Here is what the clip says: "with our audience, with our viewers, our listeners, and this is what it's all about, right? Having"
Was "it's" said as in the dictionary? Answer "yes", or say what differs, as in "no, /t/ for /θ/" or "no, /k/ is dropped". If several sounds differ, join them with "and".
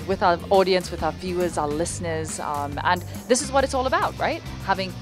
yes